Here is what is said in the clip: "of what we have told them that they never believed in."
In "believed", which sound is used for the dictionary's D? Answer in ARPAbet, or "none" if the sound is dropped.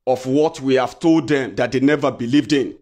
D